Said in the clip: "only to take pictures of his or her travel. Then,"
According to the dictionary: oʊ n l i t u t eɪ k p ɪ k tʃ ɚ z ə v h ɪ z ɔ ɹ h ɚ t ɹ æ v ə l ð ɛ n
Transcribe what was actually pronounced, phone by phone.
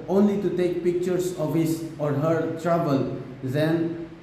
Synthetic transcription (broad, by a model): oʊ n l i t u t eɪ k p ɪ k tʃ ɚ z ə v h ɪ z ɔ ɹ h ɚ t ɹ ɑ b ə l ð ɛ n